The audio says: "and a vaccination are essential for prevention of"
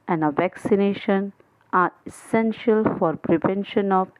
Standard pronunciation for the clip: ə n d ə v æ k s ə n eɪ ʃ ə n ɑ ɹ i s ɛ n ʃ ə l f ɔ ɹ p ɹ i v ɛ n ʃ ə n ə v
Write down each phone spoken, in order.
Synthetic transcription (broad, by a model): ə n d ə v æ k s ə n eɪ ʃ ə n ɑ ɹ i s ɛ n ʃ ə l f ɔ ɹ p ɹ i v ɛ n ʃ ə n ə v